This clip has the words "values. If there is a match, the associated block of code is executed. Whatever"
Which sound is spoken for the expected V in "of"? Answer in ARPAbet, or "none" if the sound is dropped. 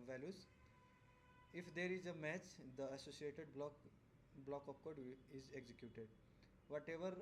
P